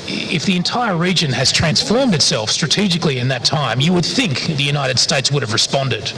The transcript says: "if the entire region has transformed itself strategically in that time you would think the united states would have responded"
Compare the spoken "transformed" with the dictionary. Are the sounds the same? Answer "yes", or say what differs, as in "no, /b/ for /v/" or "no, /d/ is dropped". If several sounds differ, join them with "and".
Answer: yes